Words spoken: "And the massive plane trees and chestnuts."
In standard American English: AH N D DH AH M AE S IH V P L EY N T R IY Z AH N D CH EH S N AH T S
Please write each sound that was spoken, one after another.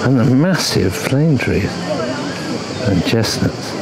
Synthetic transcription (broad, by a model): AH N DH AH M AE S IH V F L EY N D R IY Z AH N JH EH S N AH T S